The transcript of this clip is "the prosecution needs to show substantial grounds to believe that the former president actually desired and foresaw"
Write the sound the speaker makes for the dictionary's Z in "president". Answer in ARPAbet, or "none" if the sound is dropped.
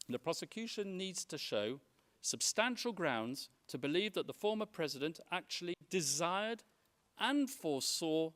Z